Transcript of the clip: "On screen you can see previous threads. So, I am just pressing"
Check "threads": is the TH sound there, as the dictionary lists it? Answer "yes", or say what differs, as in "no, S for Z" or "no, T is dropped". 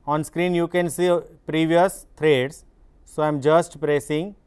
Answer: no, T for TH